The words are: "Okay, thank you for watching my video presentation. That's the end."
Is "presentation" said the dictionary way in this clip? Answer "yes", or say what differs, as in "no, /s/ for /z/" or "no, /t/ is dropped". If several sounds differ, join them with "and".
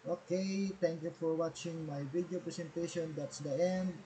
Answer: no, /s/ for /z/